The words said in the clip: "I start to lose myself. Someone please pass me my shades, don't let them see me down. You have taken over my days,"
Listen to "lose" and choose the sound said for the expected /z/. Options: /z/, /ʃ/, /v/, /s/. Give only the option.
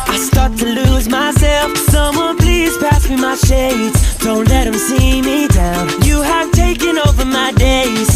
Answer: /z/